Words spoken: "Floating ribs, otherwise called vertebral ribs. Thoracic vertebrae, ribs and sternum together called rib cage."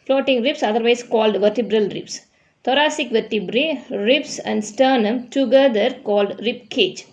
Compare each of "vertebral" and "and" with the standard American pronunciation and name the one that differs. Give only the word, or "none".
none